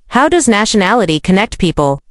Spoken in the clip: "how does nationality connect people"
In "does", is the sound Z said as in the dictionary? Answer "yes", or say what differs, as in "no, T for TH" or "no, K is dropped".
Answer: yes